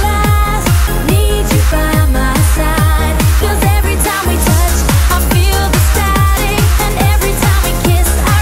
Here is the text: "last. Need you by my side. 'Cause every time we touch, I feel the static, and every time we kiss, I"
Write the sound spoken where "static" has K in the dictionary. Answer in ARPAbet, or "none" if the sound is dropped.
none